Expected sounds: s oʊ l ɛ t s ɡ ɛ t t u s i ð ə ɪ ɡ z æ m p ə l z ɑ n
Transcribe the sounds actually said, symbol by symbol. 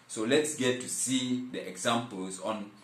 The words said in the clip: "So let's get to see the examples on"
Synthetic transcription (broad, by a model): s oʊ l ɛ t s ɡ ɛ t t u s i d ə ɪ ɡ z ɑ m p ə l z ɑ n